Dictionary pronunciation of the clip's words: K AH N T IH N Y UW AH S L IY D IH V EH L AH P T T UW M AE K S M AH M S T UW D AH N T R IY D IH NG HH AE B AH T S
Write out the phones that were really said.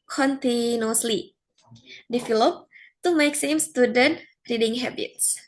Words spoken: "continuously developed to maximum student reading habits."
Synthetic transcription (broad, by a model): K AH N T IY N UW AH S L IY D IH F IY L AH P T T UW M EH K S AH M S T UW D AH N T R IY D IH NG HH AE B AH T S